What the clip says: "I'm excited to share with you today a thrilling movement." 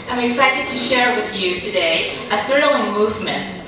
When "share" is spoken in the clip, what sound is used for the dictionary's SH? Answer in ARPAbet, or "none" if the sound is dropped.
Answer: SH